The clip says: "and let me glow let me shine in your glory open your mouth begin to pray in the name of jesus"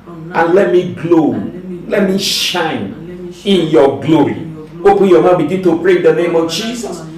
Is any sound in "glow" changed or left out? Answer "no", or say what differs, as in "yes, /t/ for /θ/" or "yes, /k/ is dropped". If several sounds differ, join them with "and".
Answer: no